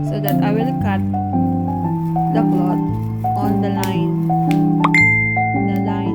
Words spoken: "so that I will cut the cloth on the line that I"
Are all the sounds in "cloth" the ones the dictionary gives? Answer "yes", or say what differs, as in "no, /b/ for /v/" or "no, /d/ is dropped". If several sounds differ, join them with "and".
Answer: no, /t/ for /θ/